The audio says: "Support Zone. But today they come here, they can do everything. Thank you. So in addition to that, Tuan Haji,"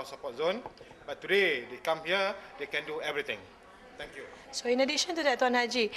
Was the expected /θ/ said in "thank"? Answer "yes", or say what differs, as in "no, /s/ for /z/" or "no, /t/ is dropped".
no, /t/ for /θ/